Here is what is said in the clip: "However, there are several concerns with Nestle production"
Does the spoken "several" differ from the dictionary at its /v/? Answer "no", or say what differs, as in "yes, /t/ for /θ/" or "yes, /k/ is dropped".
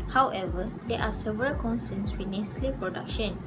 no